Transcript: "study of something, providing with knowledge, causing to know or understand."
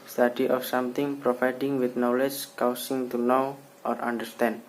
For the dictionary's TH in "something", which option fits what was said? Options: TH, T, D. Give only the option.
T